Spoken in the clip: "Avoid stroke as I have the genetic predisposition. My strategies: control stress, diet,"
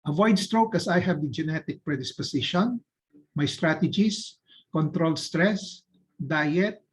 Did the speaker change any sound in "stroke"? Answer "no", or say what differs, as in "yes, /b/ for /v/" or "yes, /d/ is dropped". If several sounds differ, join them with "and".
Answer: no